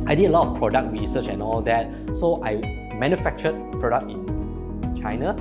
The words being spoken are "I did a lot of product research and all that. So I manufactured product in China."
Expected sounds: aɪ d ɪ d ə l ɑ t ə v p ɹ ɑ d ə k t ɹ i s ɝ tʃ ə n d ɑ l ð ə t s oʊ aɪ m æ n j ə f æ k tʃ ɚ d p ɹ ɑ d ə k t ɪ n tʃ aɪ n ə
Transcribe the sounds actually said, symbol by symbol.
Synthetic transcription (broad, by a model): aɪ d ɪ d ə l ɑ t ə f p ɹ ɑ d ə k t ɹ i s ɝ tʃ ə n ɑ l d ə t s oʊ aɪ m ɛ n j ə f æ k tʃ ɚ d p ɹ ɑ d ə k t ɪ n tʃ aɪ n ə